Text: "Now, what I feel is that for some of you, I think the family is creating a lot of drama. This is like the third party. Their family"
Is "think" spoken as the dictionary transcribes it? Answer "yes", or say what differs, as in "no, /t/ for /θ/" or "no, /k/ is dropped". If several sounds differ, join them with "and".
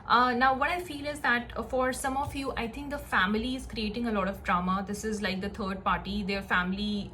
no, /t/ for /θ/